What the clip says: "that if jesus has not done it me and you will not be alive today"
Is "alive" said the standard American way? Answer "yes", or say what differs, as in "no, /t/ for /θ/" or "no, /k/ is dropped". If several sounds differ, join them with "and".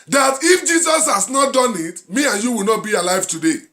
yes